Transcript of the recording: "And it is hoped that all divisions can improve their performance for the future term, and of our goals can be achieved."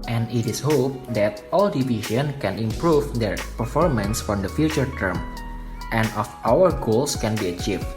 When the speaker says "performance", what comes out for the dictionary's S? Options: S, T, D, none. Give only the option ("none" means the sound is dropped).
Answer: S